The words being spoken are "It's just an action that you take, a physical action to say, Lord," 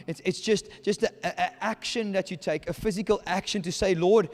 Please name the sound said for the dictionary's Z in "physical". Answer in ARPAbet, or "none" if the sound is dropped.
Z